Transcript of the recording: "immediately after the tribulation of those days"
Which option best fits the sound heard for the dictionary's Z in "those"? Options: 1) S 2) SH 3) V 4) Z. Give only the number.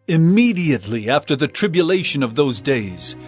4